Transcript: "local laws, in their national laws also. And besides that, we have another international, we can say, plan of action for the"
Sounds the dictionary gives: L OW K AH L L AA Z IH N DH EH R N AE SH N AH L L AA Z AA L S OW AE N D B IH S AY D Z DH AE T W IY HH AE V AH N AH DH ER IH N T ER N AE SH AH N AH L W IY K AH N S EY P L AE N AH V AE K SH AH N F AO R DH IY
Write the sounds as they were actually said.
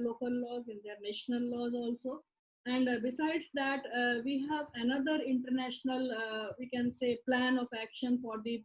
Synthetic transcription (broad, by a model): L OW K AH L L AA Z IH N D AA R N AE SH N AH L L AA Z AA L S OW AE N D B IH S AY D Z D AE T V IY HH AE V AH N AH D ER IH N T ER N AE SH AH N AH L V IY K AH N S EY P L AE N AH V AE K SH AH N F AO R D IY